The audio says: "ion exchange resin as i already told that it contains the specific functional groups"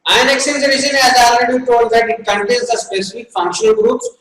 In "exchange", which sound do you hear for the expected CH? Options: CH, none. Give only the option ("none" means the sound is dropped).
none